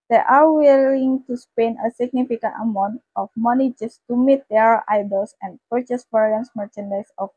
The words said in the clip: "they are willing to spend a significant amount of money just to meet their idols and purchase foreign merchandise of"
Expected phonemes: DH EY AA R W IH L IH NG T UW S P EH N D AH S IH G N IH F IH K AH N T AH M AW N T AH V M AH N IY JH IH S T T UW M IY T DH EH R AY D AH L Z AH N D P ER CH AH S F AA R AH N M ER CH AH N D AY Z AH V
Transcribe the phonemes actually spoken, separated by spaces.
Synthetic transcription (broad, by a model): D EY AA R W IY L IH NG T UW S P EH N AH S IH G N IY F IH K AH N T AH M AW N T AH F M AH N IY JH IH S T T UW M IY T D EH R AY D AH L S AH N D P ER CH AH S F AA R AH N M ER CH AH N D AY S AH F